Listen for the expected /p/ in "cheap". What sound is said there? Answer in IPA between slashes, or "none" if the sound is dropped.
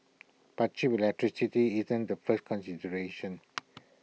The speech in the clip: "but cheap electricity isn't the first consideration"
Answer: /b/